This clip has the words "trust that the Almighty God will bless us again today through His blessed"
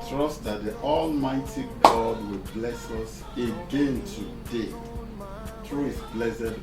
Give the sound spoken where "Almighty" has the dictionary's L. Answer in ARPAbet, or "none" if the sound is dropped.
L